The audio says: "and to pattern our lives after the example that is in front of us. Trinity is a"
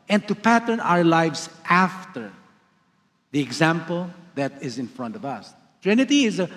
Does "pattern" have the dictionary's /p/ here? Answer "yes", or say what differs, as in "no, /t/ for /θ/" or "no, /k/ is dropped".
yes